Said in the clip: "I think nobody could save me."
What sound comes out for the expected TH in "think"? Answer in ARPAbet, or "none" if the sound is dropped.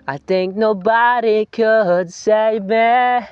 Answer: TH